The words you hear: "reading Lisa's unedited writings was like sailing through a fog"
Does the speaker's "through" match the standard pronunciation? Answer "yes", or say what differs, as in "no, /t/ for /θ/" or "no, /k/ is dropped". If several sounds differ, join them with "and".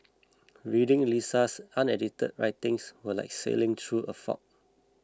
no, /t/ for /θ/